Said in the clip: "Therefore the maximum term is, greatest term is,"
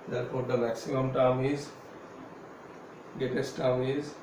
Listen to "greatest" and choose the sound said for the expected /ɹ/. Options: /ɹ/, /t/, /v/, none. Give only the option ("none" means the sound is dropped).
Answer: none